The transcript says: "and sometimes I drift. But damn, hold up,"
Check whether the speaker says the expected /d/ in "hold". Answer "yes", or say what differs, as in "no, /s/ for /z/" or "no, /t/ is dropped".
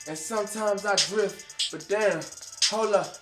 no, /d/ is dropped